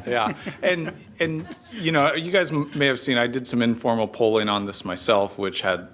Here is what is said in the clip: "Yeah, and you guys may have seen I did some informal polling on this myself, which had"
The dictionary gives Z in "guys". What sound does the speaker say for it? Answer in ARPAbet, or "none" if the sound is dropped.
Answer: Z